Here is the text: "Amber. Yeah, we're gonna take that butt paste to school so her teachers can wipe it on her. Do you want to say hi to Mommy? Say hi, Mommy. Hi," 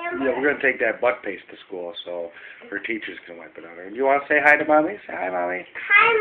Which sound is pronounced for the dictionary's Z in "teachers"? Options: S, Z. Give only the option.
Z